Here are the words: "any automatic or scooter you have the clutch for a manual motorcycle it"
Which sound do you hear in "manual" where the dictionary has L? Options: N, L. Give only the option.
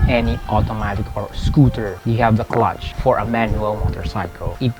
L